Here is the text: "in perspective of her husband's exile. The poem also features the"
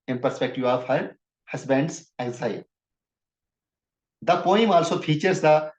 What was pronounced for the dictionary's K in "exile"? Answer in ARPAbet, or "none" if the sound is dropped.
none